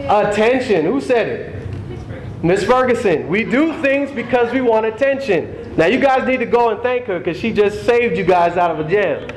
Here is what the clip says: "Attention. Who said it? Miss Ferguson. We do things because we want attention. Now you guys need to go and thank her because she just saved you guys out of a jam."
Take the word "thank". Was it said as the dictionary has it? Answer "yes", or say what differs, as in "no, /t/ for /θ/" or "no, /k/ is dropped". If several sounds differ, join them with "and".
yes